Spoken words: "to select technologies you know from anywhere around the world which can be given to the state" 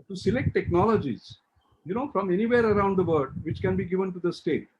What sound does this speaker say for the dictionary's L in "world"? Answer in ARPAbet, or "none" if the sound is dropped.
none